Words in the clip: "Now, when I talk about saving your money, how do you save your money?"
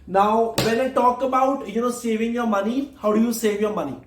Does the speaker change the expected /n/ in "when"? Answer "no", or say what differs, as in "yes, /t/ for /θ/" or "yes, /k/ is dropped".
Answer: yes, /l/ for /n/